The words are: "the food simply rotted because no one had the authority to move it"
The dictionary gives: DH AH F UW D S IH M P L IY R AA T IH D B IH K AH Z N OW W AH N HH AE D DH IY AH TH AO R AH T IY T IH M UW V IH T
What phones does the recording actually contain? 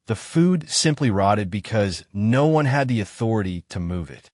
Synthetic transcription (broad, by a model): DH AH F UW D S IH M P L IY R AA T IH D B IH K AH Z N OW W AH N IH D DH IY AH TH AO R AH T IY T IH M UW V IH T